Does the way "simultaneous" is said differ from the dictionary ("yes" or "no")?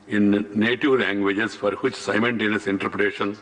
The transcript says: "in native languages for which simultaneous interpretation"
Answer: yes